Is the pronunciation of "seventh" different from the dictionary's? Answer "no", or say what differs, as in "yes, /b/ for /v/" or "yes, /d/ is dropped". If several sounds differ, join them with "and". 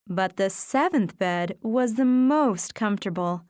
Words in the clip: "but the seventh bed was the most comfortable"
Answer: no